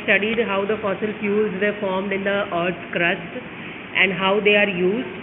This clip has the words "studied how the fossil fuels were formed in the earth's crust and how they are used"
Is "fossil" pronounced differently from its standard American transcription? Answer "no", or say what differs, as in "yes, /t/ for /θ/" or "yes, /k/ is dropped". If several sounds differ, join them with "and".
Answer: no